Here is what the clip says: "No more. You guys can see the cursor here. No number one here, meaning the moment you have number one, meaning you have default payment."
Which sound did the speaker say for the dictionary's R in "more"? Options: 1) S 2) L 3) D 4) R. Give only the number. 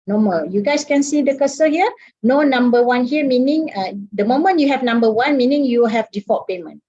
2